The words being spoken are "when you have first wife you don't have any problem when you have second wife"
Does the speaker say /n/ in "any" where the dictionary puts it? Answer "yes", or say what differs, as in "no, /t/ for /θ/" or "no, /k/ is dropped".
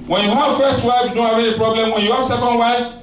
no, /n/ is dropped